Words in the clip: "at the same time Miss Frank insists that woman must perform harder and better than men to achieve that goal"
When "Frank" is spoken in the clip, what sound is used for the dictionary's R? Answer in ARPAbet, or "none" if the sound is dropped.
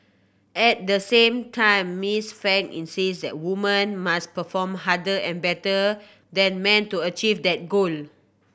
none